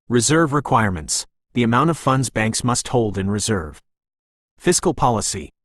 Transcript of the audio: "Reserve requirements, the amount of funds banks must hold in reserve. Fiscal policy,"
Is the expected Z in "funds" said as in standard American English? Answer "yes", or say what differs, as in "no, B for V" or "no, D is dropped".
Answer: yes